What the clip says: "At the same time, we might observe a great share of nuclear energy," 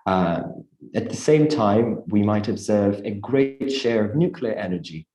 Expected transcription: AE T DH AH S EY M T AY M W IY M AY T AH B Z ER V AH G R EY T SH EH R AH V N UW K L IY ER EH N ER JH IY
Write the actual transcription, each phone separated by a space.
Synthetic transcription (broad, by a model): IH T DH AH S EY M T AY M W IY M AY T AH B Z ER V AH G R EY T SH EH R AH V N UW K L IY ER EH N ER JH IY